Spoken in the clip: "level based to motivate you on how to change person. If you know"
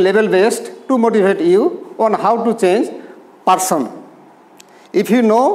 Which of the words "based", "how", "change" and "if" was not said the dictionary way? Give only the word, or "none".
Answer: if